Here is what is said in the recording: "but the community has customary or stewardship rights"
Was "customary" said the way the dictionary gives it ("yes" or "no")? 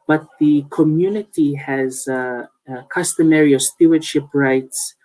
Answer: yes